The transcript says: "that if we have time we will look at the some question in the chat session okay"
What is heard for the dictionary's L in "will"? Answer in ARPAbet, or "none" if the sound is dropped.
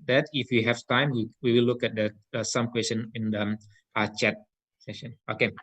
W